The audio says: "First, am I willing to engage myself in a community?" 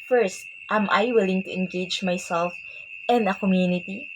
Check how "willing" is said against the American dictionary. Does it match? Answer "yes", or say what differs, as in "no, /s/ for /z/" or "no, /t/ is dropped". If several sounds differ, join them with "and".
yes